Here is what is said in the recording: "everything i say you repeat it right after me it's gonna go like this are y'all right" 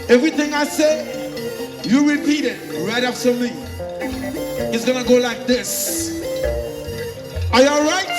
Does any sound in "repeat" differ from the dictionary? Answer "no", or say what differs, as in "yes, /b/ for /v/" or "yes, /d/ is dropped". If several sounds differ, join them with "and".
no